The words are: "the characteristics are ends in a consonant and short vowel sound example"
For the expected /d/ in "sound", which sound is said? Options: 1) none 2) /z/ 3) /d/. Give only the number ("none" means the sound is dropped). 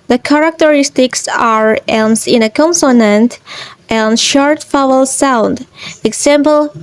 3